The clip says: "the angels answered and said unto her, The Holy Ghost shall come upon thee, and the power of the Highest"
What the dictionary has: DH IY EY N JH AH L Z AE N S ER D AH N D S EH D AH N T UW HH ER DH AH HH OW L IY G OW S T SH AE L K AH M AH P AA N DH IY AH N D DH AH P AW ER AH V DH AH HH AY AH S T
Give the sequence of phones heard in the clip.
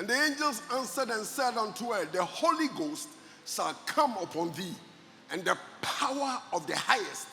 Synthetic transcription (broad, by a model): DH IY EY N JH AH L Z AE N S ER D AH N S EH D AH N T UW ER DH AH HH OW L IY G OW S T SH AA L K AH M AH P AA N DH IY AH N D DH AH P AW ER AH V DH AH HH AY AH S T